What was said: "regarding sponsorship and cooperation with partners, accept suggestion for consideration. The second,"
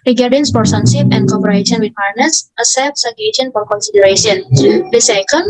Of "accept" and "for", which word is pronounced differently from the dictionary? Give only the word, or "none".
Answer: accept